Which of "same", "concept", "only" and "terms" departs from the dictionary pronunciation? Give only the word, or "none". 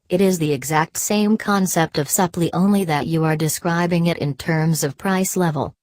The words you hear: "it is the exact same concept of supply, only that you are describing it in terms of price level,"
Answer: none